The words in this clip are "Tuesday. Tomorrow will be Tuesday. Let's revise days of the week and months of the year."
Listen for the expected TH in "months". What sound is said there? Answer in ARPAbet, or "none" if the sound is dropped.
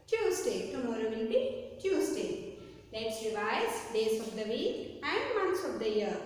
T